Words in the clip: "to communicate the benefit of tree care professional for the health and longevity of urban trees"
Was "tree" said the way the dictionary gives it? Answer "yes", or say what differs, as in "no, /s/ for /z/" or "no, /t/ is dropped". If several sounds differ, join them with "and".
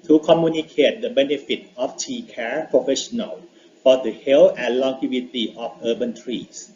no, /ɹ/ is dropped